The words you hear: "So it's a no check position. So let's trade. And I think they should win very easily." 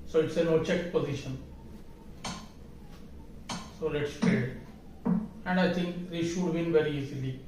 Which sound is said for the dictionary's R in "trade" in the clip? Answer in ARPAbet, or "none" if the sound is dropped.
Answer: none